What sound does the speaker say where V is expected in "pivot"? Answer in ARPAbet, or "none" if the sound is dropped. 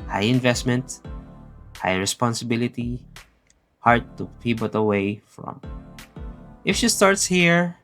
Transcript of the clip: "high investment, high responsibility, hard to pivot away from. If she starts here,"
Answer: B